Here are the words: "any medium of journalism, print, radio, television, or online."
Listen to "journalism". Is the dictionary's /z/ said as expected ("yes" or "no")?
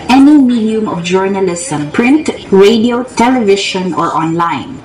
no